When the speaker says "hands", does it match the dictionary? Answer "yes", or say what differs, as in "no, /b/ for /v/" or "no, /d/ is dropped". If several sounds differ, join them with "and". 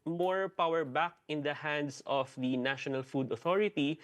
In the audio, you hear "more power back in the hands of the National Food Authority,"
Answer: no, /s/ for /z/